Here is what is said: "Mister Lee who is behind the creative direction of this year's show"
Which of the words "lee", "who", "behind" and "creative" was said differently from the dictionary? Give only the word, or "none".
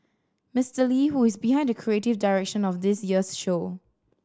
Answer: none